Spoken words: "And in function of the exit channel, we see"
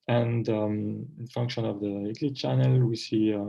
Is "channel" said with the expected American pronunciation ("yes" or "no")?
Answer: yes